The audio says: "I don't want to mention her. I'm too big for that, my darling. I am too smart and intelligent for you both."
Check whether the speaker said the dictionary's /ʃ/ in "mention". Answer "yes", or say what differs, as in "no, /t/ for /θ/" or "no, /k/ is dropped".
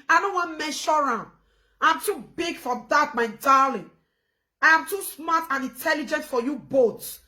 no, /ʃ/ is dropped